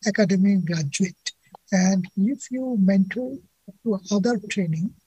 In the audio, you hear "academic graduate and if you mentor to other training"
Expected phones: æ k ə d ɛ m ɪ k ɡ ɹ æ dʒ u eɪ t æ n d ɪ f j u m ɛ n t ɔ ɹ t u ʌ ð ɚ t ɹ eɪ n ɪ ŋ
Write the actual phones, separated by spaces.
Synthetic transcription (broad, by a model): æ k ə d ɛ m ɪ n ɡ ɹ æ dʒ u eɪ t æ n d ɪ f j u m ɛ n t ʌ l t u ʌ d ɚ t ɹ eɪ n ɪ ŋ